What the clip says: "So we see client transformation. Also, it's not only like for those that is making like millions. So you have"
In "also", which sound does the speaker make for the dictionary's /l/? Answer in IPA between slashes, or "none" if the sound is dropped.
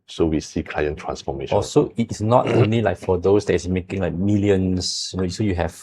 none